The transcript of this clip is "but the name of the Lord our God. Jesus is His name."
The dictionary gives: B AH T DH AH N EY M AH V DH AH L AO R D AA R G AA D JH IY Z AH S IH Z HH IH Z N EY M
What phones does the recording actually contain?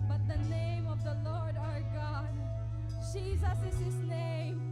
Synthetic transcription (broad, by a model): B AH T DH AH N EY M AH V DH AH L AO R D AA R G AA D JH IY Z AH S IH Z HH IH Z N EY M